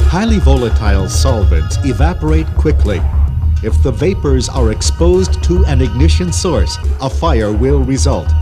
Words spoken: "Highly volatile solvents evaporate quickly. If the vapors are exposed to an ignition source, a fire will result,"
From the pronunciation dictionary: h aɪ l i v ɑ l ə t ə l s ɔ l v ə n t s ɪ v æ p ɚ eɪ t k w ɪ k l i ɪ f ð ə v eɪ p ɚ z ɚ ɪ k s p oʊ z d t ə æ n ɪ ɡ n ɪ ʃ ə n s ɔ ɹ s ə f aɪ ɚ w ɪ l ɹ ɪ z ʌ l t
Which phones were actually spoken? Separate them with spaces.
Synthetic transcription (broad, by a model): h aɪ l i v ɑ l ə t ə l s ɔ l v ə n t s ɪ v æ p ɚ eɪ t k w ɪ k l i ɪ f ð ə v eɪ p ɚ z ɚ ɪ k s p oʊ z t ə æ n ɪ ɡ n ɪ ʃ ə n s ɔ ɹ s ə f aɪ ɚ w ɪ l ɹ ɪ z ʌ l t